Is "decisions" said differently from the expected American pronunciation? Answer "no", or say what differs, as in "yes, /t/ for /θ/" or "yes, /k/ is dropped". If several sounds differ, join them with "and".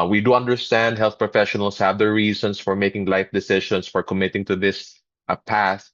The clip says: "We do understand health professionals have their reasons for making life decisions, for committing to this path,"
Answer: yes, /ʃ/ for /ʒ/ and /s/ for /z/